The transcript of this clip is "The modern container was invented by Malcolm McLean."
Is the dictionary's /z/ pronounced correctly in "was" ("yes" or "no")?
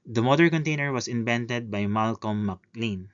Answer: no